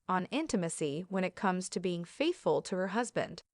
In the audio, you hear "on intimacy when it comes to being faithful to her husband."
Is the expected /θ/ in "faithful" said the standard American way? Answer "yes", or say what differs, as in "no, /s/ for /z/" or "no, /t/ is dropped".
yes